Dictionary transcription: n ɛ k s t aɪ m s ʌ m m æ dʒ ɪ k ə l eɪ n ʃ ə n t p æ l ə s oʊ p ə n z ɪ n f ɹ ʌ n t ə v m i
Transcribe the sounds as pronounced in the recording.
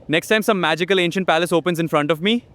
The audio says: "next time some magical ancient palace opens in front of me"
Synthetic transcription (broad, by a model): n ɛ k s t aɪ m s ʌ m m æ dʒ ɪ k ə l eɪ n ʃ ə n t p æ l ə s oʊ p ə n z ɪ n f ɹ ʌ n t ə v m i